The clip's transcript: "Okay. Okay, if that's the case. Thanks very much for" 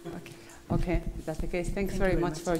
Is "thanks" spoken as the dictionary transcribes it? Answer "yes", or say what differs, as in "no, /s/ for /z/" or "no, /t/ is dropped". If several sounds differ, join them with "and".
yes